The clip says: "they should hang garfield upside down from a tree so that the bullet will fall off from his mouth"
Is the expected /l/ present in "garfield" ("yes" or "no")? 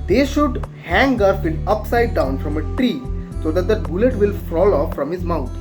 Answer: no